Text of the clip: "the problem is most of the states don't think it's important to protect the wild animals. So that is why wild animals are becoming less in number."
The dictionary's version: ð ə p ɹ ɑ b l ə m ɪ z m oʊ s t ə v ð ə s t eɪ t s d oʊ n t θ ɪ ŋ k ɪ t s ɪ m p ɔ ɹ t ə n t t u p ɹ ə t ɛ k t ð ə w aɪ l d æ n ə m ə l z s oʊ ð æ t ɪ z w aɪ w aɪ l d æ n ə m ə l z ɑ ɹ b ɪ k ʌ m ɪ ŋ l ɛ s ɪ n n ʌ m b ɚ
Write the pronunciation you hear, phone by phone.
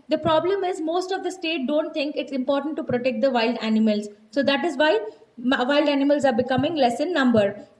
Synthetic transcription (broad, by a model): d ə p ɹ ɑ b l ə m ɪ z m oʊ s t ə v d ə s t eɪ t d oʊ n t t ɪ ŋ k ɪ t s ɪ m p ɔ ɹ t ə n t t u p ɹ ə t ɛ k t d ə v aɪ l d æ n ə m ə l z s oʊ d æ t ɪ z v aɪ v aɪ l d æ n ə m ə l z ɑ ɹ b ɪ k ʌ m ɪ ŋ l ɛ s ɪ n n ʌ m b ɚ